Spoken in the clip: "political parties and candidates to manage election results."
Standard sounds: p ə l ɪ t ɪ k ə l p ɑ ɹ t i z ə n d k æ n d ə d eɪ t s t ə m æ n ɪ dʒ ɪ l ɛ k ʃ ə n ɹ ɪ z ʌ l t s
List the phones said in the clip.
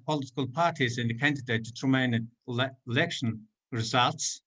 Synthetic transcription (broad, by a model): p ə l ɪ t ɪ k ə l p ɑ ɹ t i z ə n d k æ n d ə d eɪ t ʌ t ə m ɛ ɪ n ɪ l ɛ k ʃ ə n ɹ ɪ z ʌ l t s